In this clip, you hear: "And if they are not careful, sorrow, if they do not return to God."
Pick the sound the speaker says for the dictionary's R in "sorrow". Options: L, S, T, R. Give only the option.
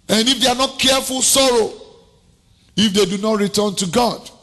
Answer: R